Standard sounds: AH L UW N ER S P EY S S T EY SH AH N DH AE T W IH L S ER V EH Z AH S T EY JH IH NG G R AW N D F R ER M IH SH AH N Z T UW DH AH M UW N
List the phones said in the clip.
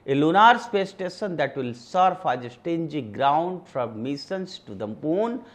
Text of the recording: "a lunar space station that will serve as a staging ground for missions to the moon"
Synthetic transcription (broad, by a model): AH L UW N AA S P EY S S T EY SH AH N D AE T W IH L S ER F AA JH AH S T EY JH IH G R AW N D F R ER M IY S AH N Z T UW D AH M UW N